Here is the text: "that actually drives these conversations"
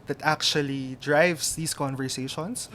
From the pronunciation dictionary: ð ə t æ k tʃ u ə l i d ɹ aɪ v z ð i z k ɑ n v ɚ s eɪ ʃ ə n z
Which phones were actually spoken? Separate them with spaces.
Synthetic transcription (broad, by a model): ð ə t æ k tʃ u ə l i d ɹ aɪ v s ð i s k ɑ n v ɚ s eɪ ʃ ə n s